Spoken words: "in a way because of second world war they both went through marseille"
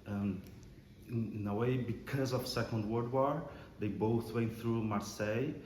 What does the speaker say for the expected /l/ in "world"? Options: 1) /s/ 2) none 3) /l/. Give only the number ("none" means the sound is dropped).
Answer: 2